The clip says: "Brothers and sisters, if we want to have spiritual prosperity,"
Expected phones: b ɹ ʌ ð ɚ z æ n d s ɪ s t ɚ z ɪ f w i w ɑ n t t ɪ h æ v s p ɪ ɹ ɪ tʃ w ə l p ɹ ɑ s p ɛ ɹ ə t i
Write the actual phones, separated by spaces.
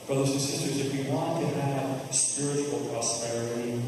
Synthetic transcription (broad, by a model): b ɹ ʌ ð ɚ z n s ɪ s t ɚ z ɪ f w i w ɑ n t t ɪ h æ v s p ɪ ɹ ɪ tʃ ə l p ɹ ɑ s p ɛ ɹ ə t i